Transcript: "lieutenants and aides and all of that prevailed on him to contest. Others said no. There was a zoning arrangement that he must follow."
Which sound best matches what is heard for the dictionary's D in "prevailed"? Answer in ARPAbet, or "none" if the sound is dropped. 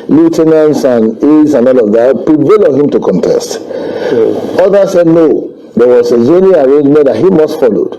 none